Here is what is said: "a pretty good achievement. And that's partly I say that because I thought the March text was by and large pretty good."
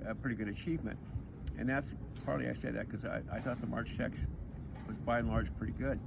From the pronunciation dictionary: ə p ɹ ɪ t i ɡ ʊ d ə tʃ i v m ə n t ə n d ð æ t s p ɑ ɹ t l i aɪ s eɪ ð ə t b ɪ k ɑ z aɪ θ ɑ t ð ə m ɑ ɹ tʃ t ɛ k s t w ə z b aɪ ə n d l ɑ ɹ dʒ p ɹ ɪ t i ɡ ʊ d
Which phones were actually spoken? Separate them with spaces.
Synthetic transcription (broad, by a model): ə p ɹ ɪ t i ɡ ʊ d ə tʃ i v m ə n t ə n ð æ t s p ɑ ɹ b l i aɪ s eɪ ð ə t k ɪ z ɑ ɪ aɪ θ ɑ t ð ə m ɑ ɹ tʃ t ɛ k s w ə z b aɪ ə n l ɑ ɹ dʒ p ɹ ɪ t i ɡ ʊ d